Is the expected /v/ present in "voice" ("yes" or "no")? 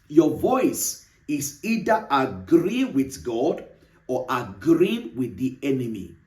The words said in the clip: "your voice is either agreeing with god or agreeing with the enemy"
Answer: yes